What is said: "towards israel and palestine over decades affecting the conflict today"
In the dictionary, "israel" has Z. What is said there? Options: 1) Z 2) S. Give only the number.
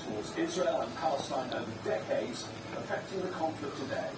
1